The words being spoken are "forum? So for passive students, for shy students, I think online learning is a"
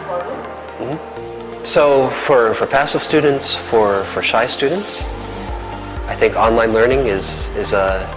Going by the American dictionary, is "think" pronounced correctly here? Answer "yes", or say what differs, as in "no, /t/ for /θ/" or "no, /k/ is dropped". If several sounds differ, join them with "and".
yes